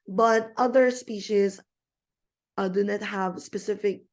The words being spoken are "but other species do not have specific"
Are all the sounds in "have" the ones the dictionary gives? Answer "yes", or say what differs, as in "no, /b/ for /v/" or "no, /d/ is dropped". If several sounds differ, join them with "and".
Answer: yes